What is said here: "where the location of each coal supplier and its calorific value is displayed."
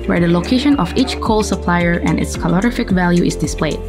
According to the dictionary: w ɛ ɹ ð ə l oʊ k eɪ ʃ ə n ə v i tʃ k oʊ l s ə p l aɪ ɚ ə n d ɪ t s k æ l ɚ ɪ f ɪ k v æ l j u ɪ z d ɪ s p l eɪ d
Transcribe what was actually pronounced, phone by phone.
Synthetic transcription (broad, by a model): w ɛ ɹ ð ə l oʊ k eɪ ʃ ə n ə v i tʃ k oʊ l s ə p l aɪ ɚ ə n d ɪ t s k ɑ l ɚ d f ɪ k v æ l j u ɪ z d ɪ s p l eɪ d